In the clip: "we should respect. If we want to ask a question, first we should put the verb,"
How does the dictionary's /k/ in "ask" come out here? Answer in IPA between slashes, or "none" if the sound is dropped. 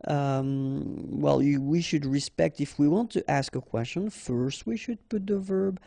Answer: /k/